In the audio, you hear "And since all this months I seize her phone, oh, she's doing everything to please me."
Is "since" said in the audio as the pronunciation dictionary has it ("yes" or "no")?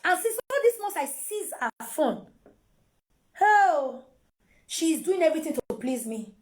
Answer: no